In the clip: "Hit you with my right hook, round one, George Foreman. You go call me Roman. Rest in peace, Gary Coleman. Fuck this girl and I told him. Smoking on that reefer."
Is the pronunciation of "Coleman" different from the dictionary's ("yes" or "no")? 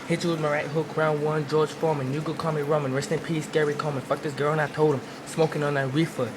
yes